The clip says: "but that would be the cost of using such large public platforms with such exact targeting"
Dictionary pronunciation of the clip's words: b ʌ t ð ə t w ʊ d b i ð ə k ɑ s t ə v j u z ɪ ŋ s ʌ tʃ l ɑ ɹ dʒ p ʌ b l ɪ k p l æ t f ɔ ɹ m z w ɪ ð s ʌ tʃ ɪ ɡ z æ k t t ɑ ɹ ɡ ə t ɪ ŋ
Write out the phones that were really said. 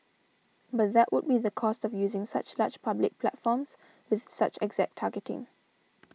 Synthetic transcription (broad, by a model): b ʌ t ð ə t w ʊ d b i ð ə k ɑ s t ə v j u z ɪ ŋ s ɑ tʃ l ɑ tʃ p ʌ b l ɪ k p l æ t f ɔ m s w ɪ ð s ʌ tʃ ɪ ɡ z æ k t t ɑ ɡ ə t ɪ ŋ